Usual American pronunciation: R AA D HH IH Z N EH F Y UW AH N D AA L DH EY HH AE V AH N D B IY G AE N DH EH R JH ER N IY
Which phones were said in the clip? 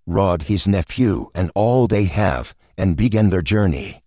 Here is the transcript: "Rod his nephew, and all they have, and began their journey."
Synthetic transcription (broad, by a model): R AA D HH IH Z N EH F Y UW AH N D AA L DH EY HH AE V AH N B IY G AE N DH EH R JH ER N IY